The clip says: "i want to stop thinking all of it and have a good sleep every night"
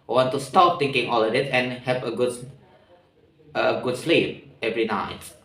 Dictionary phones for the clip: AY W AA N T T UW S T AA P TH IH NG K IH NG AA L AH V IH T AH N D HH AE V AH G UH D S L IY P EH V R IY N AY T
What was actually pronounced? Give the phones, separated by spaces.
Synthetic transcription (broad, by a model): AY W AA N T T UW S T AA P T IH NG K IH NG AA L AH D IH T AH N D HH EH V AH G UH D S L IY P EH V R IY N AY T